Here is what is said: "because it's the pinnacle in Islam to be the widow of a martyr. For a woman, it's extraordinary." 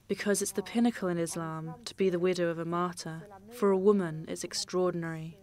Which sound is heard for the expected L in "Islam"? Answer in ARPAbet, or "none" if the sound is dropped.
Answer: L